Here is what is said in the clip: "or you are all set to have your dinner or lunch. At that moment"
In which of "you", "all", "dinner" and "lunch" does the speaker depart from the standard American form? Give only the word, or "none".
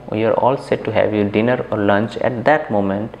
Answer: none